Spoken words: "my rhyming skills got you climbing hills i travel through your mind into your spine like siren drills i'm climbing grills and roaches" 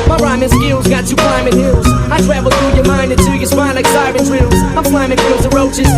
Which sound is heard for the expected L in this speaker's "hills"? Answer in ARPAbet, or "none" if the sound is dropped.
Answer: L